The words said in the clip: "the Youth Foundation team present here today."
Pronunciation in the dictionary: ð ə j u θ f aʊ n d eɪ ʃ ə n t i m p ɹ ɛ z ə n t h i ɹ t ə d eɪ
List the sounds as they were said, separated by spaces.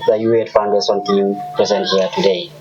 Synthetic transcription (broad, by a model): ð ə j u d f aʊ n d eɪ s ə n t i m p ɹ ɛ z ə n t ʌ t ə d eɪ